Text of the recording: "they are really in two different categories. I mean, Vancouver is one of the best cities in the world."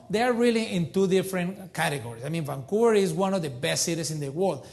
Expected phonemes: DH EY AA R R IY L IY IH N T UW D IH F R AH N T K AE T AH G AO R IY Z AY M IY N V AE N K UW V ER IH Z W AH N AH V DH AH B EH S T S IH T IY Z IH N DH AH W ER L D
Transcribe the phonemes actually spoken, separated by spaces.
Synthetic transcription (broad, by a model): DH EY AA R R IY L IY IH N T UW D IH F R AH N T K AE T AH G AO R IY S AY M IY N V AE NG K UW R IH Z W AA N AH V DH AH B EH S T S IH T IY S IH N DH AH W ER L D